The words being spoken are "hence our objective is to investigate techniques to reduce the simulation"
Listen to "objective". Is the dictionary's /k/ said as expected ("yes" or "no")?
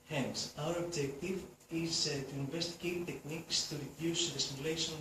yes